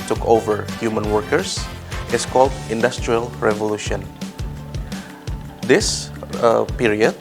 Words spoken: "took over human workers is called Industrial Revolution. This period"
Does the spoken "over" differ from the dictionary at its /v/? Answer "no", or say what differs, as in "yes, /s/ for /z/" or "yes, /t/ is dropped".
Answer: no